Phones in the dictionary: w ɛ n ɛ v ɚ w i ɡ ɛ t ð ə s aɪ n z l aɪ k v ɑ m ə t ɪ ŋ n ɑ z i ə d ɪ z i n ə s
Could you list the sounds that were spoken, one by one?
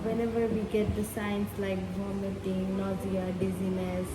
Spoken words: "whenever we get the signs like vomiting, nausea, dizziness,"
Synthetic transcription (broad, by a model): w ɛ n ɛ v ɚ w i ɡ ɛ t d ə s aɪ n s l aɪ k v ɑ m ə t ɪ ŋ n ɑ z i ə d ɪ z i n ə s